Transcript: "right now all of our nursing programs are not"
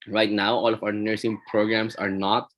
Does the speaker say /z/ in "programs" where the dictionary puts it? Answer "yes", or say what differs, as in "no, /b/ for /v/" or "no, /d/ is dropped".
no, /s/ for /z/